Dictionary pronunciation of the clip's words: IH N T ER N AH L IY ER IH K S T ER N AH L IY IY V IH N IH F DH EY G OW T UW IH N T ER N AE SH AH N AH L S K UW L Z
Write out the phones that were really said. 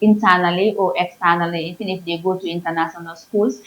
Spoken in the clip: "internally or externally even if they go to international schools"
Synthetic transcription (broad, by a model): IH N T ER N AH L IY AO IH K S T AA N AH L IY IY F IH N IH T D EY G OW T UW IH N T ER N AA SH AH N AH L S K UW L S